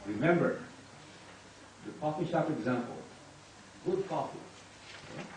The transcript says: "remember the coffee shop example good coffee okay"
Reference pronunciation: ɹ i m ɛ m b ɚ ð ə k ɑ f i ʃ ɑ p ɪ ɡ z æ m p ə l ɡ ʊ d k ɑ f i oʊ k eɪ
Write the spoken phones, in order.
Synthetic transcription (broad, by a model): ɹ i m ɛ m b ɚ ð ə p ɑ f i ʃ ɑ p ɪ ɡ z æ m p ə l ɡ ʊ d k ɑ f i